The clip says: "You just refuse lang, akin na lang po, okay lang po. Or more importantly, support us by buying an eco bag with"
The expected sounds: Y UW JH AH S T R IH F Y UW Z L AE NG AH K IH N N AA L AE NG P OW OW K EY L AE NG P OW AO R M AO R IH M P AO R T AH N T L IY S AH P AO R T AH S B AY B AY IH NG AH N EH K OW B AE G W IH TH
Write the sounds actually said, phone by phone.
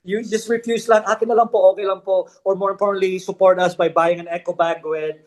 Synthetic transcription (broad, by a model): Y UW JH AH S T R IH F Y UW S L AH NG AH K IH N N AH L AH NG P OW OW K EY L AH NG P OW AO R M AO R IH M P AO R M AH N L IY S AH P AO R T AH S B AY B AY IH NG AH N EH K OW B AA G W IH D